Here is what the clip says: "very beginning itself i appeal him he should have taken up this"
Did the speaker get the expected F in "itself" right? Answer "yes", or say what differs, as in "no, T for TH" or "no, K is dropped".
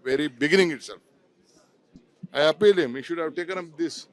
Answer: no, F is dropped